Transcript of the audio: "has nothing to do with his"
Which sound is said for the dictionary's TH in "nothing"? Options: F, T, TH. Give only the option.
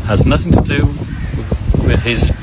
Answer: TH